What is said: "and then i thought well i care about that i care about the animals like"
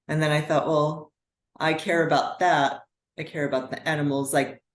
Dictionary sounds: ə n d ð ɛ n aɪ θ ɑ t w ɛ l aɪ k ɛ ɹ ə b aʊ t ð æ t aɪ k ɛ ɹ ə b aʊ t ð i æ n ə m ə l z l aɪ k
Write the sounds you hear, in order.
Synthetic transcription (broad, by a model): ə n ð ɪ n aɪ θ ɑ t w ɛ l aɪ k ɛ ɹ ə b aʊ t ð æ t aɪ k ɛ ɹ ə b aʊ t ð i æ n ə m l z l aɪ k